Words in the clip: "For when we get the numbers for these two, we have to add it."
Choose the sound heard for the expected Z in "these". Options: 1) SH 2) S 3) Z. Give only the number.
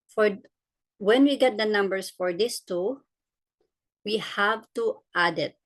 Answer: 2